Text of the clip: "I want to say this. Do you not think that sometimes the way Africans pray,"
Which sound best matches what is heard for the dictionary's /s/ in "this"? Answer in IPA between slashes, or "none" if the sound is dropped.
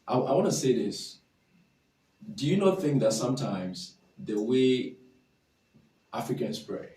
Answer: /s/